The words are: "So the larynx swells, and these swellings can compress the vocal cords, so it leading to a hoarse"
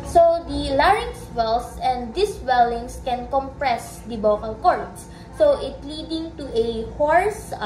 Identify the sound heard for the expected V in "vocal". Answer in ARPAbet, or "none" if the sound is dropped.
B